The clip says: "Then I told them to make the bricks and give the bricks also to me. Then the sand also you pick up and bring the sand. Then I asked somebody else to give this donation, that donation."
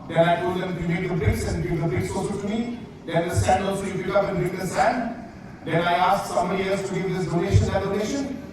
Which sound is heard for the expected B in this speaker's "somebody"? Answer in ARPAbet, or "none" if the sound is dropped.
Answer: none